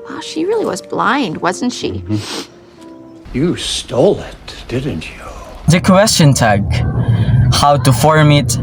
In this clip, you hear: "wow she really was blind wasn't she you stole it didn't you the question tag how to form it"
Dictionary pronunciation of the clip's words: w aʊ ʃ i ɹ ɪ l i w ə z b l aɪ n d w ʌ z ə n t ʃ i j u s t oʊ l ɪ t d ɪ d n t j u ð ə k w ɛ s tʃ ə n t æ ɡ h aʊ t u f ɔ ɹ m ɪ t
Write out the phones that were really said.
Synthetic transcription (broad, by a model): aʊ ʃ i ɹ ɪ l i w ə z b l aɪ n d w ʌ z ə n t ʃ i j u s t oʊ l ɪ t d ɪ d n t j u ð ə k w ɛ s tʃ ə n t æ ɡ h aʊ t u f ɔ ɹ m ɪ t